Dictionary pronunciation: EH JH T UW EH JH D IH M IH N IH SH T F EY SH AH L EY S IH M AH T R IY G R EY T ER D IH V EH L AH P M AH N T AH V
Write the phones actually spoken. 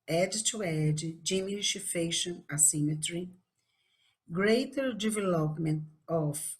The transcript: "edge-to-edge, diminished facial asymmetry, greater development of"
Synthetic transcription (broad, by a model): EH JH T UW EH JH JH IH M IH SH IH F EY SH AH N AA S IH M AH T R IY G R EY T ER D IH V EH L AH P M AH N T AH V